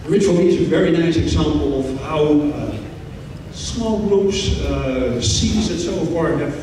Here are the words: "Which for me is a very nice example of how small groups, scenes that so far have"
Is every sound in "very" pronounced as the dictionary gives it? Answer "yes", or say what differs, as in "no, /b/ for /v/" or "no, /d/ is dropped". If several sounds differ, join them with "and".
yes